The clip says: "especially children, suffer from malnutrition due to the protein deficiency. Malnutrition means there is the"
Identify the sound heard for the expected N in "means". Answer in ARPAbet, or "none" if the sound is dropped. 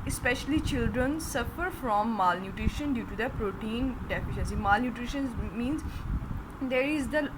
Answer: N